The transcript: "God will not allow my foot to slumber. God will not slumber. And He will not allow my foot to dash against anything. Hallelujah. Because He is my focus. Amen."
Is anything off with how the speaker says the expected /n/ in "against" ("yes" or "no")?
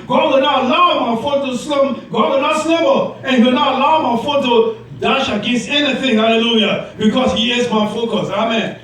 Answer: yes